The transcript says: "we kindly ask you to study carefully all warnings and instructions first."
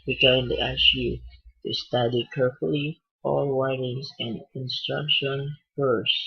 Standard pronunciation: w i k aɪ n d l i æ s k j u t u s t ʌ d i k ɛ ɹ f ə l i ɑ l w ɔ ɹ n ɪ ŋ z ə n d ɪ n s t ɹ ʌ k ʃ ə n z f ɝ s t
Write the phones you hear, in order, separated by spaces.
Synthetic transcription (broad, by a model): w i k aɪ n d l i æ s j u t u s t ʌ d i k ɛ ɹ f ə l i ɑ l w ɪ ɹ ɪ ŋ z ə n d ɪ n s t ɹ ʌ k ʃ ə n f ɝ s